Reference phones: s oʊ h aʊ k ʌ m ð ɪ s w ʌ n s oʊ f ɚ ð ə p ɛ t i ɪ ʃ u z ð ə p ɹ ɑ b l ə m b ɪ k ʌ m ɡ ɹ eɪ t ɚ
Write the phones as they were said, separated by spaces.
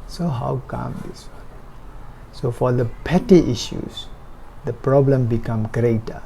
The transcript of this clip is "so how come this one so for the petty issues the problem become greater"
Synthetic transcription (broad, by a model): s oʊ h aʊ k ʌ m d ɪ s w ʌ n s oʊ f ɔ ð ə p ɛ t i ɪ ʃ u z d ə p ɹ ɑ b l ə m b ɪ k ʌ m ɡ ɹ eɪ t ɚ